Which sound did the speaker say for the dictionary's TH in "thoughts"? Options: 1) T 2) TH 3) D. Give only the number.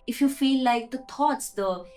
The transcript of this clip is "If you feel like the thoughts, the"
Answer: 1